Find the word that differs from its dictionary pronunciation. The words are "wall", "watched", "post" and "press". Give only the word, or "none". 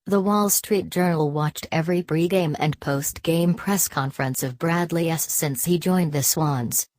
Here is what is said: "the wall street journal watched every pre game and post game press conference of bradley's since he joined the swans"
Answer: none